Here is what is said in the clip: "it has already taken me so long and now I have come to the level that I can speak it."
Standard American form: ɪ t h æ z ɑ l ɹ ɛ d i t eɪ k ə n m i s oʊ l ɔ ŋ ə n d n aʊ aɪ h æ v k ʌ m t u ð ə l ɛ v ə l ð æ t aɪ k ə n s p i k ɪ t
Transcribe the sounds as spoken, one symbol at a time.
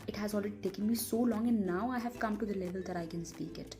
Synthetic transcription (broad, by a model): ɪ t h æ z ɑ l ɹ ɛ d i t eɪ k ə n m i s oʊ l ɔ ŋ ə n n aʊ aɪ h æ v k ʌ m t u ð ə l ɛ v ə l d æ t aɪ k ə n s p i k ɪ t